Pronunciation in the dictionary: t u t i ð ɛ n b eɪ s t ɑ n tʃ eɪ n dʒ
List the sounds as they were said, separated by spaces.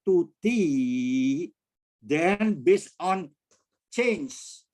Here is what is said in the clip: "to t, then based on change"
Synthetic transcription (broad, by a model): t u t i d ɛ n b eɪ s ɑ n tʃ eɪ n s